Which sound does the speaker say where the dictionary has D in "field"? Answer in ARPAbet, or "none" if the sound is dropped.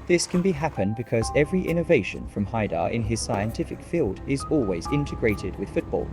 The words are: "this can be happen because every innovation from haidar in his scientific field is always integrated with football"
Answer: D